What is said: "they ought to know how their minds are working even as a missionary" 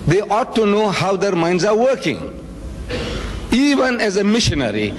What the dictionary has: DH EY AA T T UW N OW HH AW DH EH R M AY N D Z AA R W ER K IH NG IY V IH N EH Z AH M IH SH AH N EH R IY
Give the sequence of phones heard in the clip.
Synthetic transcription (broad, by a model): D EY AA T T UW N OW HH AW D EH R M AY N D Z AA R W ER K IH NG IY V IH N EH Z AH M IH SH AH N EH R IY